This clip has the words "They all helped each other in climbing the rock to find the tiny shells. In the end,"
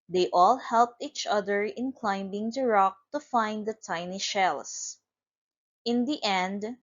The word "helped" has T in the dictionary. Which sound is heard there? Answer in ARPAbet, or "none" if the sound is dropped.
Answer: T